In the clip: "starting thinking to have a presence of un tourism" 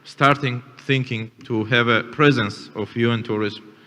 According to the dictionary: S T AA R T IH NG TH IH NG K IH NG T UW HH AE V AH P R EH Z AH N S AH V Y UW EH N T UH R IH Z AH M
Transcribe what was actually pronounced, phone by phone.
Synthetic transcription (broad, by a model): S T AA R T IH NG TH IH NG K IH NG T UW HH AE V AH P R EH Z AH N S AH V Y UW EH N T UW R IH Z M